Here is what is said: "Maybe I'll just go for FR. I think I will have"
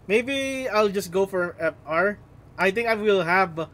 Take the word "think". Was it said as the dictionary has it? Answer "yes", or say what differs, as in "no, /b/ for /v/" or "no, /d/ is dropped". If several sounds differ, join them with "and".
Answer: no, /t/ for /θ/